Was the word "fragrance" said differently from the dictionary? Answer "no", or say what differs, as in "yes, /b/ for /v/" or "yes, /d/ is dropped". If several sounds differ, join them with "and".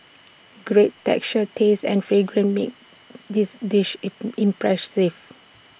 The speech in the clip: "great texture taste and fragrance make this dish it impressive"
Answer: yes, /s/ is dropped